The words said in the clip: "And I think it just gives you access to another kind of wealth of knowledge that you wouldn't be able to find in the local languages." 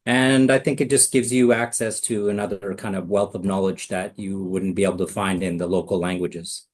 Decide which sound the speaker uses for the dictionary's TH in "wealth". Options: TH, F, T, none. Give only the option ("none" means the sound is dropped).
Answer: TH